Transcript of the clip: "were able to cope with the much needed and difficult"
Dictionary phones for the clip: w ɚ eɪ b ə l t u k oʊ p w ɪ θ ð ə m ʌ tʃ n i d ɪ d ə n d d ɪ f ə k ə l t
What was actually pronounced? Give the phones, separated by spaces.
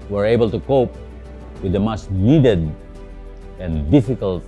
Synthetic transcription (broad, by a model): w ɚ eɪ b ə l t u k oʊ p w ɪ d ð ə m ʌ s n i d ɪ d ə n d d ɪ f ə k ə l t